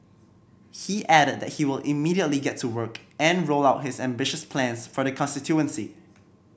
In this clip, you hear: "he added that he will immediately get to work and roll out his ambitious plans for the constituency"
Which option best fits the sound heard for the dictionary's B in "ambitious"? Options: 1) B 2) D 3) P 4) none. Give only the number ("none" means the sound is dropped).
1